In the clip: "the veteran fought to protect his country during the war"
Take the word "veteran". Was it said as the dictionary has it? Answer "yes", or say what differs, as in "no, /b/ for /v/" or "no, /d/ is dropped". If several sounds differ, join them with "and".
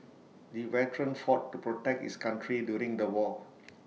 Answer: no, /w/ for /v/